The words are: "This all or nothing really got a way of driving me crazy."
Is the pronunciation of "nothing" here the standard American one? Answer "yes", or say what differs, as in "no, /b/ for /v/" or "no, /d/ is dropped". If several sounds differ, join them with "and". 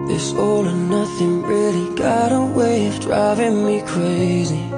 yes